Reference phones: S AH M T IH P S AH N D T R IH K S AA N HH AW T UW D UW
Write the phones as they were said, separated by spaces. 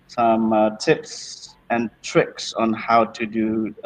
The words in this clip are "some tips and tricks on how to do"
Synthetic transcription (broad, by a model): S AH M T IH P S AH N T R IH K S AA N HH AW T UW D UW